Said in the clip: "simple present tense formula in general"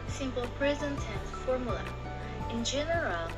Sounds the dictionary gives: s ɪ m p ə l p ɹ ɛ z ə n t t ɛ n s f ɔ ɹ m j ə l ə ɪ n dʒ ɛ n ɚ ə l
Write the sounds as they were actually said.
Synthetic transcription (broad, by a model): s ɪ m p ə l p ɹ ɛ z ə n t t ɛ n f ɔ ɹ m j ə l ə ɪ n dʒ ɛ n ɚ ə l